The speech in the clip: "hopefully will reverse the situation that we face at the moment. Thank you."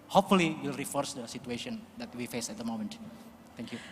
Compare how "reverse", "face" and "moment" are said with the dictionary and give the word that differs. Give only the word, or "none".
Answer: reverse